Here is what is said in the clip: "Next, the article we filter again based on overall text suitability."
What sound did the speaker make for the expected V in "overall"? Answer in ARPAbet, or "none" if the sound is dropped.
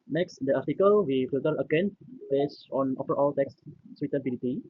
F